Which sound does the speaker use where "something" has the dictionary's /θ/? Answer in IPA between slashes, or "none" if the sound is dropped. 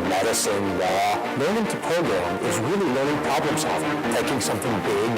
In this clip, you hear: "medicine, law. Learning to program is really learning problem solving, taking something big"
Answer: /θ/